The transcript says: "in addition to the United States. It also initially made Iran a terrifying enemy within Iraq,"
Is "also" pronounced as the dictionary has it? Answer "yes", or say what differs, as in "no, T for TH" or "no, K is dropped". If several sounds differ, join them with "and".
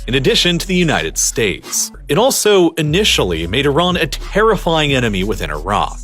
yes